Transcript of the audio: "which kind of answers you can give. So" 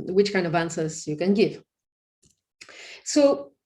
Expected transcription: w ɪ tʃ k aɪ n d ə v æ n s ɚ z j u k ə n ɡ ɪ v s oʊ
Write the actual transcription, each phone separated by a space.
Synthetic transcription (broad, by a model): w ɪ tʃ k aɪ n d ə v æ n s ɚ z j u k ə n ɡ ɪ v s oʊ